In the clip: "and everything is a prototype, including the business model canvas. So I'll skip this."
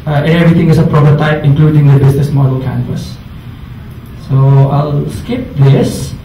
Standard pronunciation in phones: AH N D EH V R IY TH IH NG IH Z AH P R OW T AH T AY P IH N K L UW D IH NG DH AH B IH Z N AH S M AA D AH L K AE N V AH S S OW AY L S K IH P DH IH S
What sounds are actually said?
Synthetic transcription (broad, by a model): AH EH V R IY T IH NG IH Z AH P R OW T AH T AY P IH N K L UW D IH NG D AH B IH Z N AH S M AA D AH L K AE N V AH S S OW AY L S K IH P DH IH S